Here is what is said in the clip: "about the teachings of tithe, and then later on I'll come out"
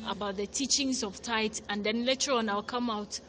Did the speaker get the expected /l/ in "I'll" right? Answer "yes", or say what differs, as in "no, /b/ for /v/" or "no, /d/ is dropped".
yes